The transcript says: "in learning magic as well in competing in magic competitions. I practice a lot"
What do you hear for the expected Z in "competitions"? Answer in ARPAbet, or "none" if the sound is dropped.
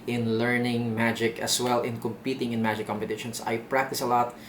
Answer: S